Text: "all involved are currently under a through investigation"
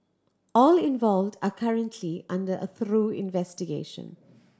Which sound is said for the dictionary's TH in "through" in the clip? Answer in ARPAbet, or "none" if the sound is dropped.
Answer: TH